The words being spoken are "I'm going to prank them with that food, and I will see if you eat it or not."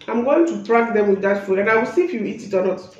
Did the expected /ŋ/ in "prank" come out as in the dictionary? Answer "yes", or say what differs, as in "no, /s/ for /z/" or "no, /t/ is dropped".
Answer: no, /ŋ/ is dropped